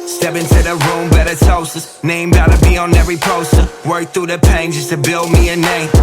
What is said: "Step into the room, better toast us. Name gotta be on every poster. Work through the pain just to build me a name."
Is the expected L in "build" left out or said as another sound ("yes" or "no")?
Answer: no